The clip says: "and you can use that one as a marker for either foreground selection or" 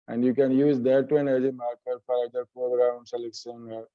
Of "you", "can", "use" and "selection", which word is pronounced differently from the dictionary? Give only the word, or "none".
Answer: selection